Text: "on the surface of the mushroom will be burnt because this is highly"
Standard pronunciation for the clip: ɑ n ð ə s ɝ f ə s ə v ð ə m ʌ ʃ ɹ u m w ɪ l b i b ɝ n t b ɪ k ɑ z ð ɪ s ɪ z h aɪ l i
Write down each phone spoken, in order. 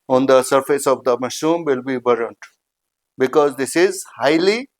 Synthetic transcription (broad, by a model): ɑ n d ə s ɝ f ə s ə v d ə m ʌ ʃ u m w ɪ l b i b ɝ n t b ɪ k ɑ z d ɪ s ɪ z h aɪ l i